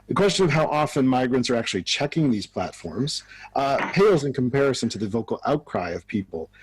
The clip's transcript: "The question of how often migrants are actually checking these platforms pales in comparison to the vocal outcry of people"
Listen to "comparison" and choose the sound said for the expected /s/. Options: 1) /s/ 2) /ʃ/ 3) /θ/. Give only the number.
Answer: 1